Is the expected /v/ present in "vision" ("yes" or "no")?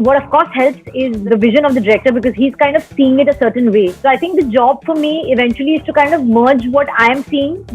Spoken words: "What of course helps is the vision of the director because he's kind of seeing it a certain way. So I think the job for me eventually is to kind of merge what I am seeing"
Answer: yes